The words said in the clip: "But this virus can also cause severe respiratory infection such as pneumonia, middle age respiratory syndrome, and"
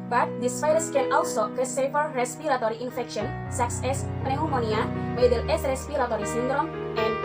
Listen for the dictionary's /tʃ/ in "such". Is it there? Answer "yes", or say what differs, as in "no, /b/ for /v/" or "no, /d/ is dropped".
no, /s/ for /tʃ/